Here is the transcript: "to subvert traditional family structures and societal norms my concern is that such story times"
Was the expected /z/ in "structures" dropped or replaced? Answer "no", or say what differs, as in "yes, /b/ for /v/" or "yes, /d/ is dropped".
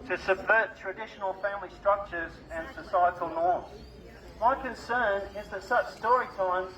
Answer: no